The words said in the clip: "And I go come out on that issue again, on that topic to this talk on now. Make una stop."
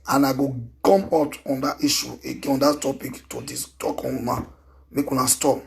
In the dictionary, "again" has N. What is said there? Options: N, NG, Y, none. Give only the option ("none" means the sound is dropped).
none